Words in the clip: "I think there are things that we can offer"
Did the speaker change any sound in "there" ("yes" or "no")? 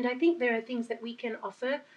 no